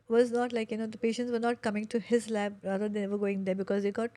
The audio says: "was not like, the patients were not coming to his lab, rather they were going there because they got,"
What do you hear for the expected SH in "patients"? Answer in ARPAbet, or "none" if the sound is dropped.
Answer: SH